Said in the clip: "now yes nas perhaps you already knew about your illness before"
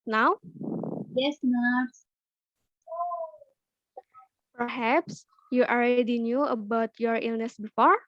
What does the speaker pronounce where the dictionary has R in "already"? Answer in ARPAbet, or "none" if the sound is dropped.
L